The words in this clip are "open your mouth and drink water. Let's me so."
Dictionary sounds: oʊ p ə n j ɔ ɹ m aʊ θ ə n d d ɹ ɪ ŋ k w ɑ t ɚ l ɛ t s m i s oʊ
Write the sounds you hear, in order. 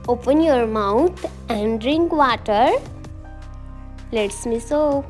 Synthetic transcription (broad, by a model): oʊ p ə n j ɔ ɹ m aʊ t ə n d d ɹ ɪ ŋ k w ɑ t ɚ l ɛ t s m i s oʊ